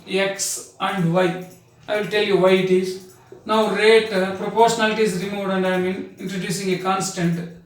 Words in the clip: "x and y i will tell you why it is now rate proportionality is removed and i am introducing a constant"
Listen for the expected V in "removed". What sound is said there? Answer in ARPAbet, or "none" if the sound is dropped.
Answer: none